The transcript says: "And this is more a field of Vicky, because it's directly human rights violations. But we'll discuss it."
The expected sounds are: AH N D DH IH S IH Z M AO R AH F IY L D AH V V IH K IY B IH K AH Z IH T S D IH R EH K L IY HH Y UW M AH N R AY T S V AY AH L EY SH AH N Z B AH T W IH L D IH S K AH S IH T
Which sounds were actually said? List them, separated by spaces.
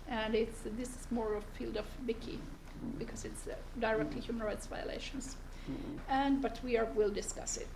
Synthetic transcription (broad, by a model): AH N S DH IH S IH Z M AO R AH F IY L D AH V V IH K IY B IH K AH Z IH T S D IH R EH K L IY HH Y UW M AH N R AY T S V AY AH L EY SH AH N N B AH T W IH L D IH S K AH S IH T